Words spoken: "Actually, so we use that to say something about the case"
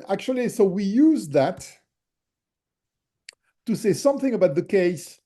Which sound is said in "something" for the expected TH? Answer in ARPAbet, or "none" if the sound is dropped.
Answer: TH